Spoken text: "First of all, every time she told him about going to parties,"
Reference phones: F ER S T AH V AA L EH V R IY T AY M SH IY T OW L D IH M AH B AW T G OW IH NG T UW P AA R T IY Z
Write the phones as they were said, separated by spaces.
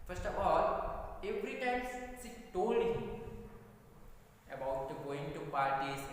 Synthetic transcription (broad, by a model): F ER S T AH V AA L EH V R IY T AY M S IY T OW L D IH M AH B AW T G OW IH NG T UW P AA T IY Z